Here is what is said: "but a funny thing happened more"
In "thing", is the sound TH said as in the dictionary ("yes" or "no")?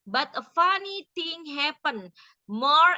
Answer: no